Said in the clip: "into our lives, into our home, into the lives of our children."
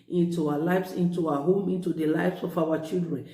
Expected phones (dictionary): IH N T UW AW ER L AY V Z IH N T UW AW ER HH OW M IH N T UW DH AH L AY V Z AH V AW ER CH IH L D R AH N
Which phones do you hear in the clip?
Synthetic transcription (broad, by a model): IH N T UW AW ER L AY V S IH N T UW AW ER HH OW M IH N T UW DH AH L AY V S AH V AW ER CH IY L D R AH N